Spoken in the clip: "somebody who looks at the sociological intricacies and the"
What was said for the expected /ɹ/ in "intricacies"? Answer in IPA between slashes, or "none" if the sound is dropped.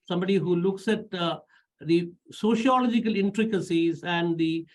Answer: /ɹ/